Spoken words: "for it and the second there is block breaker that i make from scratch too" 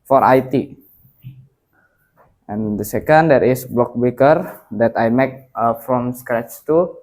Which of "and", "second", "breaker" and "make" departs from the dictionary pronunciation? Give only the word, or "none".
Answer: breaker